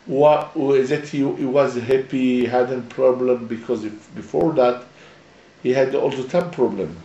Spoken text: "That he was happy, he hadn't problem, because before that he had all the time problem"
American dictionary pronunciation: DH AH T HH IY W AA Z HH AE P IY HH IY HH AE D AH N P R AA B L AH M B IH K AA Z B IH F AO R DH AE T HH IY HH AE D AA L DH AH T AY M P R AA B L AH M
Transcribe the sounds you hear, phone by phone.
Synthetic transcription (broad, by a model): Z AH T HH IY W AA Z HH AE P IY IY HH AE D AH N P R AA B L AH M B IH K AA Z B IH F AO R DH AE T HH IY HH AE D AA L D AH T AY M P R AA B L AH M